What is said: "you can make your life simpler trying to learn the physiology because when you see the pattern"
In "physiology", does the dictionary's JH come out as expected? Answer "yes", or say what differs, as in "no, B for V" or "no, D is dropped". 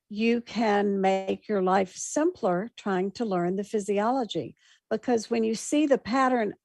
yes